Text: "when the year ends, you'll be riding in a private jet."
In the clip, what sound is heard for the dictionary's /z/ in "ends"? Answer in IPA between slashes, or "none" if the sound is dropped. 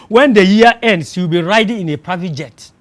/s/